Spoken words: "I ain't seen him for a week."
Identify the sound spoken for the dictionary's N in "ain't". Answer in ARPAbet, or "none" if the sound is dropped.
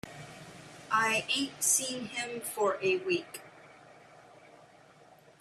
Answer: none